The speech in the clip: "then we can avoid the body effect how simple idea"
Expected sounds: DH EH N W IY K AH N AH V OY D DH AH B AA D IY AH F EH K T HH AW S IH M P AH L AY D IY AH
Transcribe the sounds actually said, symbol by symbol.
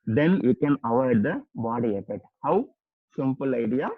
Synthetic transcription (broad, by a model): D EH N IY K AH N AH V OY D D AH B AA D IY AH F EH T HH AW S IH M P AH L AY D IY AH